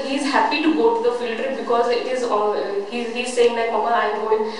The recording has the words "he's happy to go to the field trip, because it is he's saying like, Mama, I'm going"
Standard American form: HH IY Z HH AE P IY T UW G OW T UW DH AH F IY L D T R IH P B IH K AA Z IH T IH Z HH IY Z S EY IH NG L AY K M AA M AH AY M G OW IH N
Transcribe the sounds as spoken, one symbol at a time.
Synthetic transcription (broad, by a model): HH IY Z HH AE P IY T UW G OW T UW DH AH F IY L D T R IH B IH K AA Z IH T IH Z HH IY Z S EY IH NG L AY K M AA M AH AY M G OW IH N